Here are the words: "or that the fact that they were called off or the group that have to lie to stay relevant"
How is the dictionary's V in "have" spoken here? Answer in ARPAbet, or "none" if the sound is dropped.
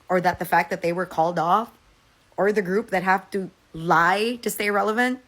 F